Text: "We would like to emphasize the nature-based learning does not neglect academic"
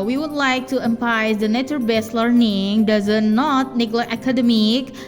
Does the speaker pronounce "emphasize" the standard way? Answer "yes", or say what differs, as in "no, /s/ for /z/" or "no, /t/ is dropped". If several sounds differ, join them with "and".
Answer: no, /p/ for /f/ and /s/ is dropped